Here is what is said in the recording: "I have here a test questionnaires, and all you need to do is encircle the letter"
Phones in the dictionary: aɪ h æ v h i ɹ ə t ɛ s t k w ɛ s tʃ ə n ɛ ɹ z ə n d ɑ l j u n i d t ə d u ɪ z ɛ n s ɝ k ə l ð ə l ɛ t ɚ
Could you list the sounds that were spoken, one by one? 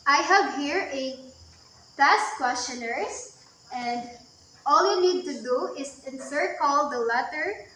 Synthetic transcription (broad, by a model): aɪ h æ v h i ɹ ə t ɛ s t k w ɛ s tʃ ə n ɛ ɹ s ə n d ɑ l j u n i d t ə d u ɪ s ɛ n s ɝ k ə l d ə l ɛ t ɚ